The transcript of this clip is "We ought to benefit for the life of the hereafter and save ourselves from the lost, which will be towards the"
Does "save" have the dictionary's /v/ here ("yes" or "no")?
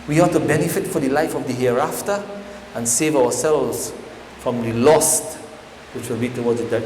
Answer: yes